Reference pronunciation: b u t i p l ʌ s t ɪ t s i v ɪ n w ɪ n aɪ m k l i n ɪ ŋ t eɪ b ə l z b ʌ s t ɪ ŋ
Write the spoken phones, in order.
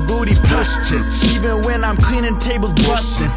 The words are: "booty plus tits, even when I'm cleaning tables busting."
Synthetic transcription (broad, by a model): b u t i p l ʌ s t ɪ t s i v ɪ n w ɪ n aɪ m k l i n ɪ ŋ t eɪ b ə l z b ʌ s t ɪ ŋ